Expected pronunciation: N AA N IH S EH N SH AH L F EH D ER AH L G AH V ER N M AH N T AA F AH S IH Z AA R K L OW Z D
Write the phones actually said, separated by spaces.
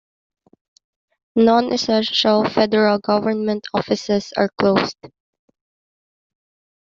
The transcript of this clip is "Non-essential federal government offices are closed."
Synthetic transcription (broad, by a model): N AA N IH S EH N SH AH L F EH D ER AH L G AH V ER N M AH N T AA F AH S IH S AA R K L OW S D